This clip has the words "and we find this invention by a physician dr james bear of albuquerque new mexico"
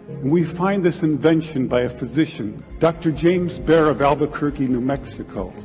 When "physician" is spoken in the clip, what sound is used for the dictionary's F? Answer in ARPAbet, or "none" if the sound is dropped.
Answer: F